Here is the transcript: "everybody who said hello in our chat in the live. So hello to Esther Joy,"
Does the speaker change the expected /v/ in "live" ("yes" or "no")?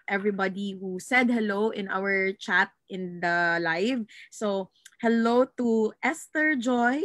no